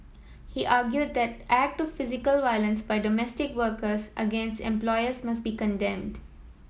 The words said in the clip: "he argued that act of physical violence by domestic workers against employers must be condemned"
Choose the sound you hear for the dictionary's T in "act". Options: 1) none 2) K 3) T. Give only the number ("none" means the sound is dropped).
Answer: 3